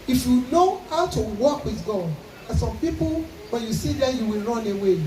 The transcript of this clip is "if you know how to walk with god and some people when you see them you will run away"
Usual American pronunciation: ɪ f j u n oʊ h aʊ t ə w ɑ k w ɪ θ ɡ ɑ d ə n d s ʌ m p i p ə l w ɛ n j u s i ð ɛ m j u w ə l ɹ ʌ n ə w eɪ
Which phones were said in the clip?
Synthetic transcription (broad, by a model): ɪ f j u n oʊ h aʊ t ə w ɑ k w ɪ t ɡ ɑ ə s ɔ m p i p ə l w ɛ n j u s i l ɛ j u w ə l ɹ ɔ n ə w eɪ